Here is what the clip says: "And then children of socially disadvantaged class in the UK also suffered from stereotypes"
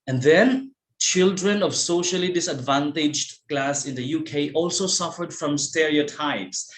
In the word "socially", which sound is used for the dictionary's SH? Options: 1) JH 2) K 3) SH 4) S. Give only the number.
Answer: 3